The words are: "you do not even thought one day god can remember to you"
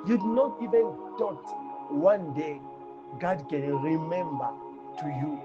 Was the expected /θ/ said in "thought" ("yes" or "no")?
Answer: no